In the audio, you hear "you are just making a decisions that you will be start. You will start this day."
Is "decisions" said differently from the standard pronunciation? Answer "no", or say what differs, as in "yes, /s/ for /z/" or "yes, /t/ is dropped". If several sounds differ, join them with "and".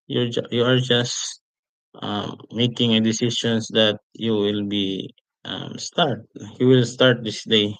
yes, /ʃ/ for /ʒ/